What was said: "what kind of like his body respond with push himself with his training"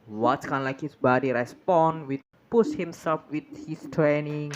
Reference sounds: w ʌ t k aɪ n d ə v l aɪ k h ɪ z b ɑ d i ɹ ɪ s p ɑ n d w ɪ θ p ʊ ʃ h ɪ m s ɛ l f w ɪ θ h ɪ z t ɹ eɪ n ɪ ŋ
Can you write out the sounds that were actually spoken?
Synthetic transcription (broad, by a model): w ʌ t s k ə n l aɪ k h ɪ s b ɑ d i ɹ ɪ s p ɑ n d w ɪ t p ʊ s h ɪ m s ɛ l f w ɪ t h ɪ s t ɹ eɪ n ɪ ŋ